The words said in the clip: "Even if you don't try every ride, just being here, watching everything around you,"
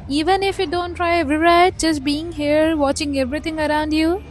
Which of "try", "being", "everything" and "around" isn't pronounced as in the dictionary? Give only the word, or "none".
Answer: everything